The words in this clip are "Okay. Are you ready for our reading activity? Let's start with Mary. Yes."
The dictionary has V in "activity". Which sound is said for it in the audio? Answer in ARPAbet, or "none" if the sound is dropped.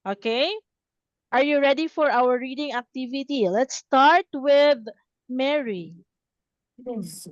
V